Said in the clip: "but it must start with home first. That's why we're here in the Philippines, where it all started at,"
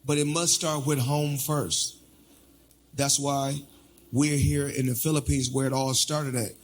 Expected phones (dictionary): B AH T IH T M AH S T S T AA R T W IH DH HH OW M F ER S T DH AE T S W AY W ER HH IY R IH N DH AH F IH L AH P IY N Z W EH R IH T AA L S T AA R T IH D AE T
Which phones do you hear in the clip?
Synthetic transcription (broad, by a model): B AH T IH T M AH S T S T AA R T W IH DH HH OW M F ER S T DH AE T S W AY W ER HH IY R IH N DH AH F IH L AH P IY N Z W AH R IH T AA L S T AA R T IH D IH T